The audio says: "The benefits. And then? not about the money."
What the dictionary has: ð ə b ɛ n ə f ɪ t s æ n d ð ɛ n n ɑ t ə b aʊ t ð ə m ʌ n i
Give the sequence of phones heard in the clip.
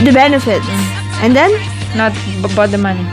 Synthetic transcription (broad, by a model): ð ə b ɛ n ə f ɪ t æ n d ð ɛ n n ɑ t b b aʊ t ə m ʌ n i